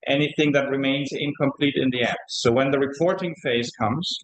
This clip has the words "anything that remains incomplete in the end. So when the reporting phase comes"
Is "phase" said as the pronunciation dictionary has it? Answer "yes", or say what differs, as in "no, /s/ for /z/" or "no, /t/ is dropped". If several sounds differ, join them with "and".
yes